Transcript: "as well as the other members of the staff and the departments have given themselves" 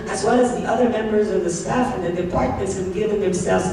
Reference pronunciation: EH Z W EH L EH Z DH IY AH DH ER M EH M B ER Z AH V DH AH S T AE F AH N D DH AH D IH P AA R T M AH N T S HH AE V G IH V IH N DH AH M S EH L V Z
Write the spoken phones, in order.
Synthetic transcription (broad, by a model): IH Z W EH L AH Z DH IY AH DH ER M EH M B ER Z AH V DH AH S T AE F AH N DH AH D IH P AA R T M AH N T S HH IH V G IH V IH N DH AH M S EH L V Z